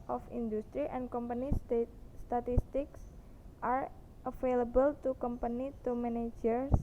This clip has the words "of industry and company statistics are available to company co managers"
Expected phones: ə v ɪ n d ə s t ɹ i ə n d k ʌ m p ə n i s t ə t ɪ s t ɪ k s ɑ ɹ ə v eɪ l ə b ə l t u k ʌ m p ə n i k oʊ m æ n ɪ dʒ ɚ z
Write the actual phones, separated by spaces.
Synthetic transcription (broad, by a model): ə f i n d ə s t ɹ i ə n k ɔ m p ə n i s t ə t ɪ s t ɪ k s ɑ ɹ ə f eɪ l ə b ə l t u k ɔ m p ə n i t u m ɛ n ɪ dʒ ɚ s